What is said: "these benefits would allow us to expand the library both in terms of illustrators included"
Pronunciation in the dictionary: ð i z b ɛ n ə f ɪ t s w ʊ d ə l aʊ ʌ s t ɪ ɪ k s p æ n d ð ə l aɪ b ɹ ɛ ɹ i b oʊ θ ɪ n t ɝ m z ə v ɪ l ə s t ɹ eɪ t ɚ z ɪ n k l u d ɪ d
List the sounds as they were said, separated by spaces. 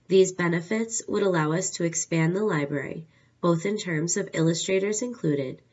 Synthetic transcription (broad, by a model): ð i z b ɛ n ə f ɪ t s w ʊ d ə l aʊ ʌ s t ɪ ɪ k s p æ n ð ə l aɪ b ɹ ɛ ɹ i b oʊ θ ɪ n t ɝ m z ə v ɪ l ə s t ɹ eɪ t ɚ z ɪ n k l u d ɪ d